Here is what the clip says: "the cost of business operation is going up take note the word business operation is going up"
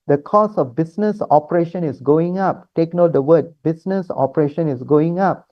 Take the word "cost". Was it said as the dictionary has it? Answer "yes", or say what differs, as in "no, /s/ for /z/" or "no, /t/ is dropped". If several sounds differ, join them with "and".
no, /t/ is dropped